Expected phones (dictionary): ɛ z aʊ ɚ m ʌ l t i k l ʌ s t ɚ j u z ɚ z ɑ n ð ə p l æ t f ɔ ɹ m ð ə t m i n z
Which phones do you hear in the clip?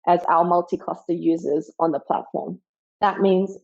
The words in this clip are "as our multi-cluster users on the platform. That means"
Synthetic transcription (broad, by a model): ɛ z aʊ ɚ m ʌ l t i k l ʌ s t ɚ j u z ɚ z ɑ n ð ə p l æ t f ɔ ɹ m ð ə t m i n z